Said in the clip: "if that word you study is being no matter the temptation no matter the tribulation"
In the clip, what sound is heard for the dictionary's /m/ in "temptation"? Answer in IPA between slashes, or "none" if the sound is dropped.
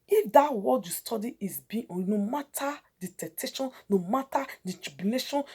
none